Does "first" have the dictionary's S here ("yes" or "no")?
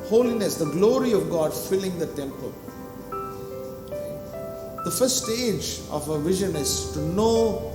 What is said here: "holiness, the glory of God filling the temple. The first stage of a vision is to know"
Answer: no